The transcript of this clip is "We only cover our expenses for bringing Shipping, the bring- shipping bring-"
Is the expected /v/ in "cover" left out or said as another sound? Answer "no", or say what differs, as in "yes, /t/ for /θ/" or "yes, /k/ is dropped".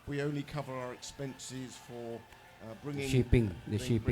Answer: no